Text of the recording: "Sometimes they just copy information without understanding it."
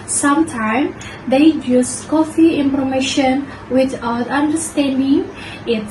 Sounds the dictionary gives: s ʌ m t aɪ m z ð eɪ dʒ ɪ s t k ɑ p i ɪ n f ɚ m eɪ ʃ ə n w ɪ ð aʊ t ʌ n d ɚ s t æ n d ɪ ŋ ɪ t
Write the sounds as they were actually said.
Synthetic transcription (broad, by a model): s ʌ m t aɪ m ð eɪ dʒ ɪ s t k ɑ f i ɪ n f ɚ m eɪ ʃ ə n w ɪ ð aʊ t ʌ n d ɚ s t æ n d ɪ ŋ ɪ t